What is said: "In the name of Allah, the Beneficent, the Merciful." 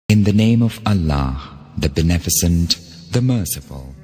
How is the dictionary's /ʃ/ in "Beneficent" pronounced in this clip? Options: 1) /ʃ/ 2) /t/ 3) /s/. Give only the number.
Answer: 3